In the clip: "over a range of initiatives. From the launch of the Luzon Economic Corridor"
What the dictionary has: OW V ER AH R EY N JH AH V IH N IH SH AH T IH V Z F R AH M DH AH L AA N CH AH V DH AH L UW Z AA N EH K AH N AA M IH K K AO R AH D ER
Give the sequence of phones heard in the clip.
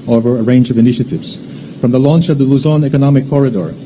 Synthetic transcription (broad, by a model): OW V ER AH R EY N JH AH V IH N IH SH AH T IH V Z F R AH M DH AH L AA N CH AH V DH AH L UW Z AA N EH K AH N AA M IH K K AO R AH D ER